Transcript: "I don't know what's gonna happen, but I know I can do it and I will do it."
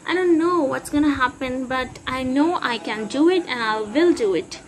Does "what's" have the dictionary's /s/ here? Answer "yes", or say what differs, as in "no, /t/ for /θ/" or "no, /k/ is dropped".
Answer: yes